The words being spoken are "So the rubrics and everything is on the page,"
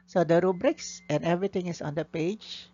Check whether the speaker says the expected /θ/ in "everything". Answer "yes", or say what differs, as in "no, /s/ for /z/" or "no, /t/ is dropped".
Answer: no, /t/ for /θ/